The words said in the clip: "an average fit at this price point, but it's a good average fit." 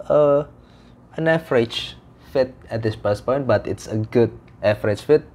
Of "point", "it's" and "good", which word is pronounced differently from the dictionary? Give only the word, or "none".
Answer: none